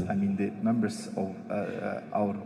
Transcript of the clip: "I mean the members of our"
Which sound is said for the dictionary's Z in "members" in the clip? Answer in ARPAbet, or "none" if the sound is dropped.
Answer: S